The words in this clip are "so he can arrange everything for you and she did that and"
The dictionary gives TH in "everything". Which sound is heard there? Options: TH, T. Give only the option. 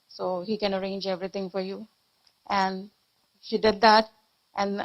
T